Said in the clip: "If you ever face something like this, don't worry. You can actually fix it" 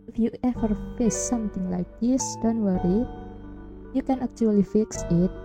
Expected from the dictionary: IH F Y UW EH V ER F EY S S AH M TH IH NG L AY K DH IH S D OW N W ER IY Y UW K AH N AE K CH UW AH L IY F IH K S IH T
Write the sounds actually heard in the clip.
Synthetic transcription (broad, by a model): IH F Y UW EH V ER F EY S S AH M T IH NG L AY K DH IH S D OW N W ER IY Y UW K AH N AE K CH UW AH L IY F IH K S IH T